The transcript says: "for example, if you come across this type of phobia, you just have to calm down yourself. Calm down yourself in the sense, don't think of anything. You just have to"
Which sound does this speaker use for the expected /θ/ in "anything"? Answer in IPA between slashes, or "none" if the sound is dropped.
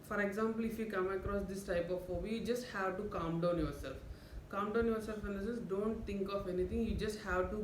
/t/